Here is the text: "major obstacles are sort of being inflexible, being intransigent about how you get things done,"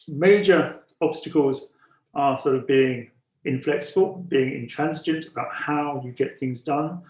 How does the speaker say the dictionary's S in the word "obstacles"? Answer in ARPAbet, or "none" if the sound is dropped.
S